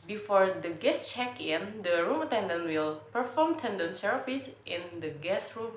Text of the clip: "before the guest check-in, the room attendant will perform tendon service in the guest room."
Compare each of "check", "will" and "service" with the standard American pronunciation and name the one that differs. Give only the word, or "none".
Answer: service